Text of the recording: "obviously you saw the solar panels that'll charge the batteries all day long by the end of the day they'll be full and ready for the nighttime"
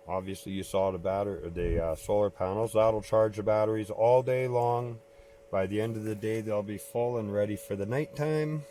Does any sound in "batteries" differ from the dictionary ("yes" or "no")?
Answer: no